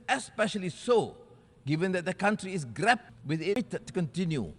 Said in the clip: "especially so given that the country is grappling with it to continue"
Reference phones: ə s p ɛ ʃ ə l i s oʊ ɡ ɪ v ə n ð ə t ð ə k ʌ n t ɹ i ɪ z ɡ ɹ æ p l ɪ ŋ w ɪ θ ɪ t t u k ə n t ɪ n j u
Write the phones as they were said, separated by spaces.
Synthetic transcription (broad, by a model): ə s p ɛ ʃ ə l i s oʊ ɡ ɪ v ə n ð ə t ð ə k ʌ n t ɹ i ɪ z ɡ ɹ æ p w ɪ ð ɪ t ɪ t t u k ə n t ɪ n j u